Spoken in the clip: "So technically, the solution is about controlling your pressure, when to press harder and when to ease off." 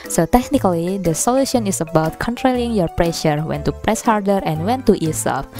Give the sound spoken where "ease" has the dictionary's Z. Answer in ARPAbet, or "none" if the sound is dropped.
S